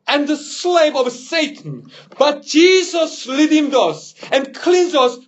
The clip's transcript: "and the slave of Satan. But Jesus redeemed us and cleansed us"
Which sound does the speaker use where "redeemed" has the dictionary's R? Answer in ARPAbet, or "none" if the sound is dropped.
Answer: L